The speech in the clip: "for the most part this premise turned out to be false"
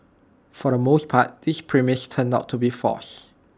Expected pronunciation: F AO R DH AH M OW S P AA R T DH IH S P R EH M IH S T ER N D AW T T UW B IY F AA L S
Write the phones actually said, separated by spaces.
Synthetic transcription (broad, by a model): F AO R AH M OW S P AA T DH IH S P R EH M IH S T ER N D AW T T UW B IY F AA S